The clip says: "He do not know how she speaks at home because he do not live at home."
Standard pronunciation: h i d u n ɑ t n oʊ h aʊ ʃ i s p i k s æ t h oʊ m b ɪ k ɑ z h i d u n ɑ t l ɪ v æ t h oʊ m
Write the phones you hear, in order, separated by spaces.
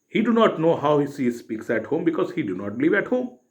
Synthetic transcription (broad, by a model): h i d u n ɑ t n oʊ h aʊ s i s p i k s æ t h oʊ m b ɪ k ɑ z h i d u n ɑ t l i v æ t h oʊ m